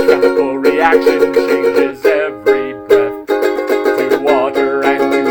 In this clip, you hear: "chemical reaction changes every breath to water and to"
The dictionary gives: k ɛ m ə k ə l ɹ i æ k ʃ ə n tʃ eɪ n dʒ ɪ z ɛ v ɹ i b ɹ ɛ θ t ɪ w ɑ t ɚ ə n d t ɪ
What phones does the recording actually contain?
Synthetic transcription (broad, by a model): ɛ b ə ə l ɹ i æ k ʃ ə n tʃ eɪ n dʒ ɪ z ɛ v ɹ i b ɛ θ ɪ w ɑ t ɚ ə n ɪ